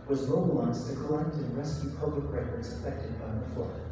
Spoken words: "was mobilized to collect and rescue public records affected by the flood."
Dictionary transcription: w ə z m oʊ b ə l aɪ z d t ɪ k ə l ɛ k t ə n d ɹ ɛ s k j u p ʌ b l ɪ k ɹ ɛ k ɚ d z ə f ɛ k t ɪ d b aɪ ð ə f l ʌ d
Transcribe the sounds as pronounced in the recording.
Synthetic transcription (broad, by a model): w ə z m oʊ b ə l aɪ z t ɪ k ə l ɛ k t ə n ɹ ɛ s k j u p ʌ b l ɪ k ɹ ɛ ɪ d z ə f ɛ k t ɪ d b aɪ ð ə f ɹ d